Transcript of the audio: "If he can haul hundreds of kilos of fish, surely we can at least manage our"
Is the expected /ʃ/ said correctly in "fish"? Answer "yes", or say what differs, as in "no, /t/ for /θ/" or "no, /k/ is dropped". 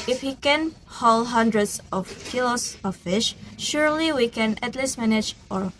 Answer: yes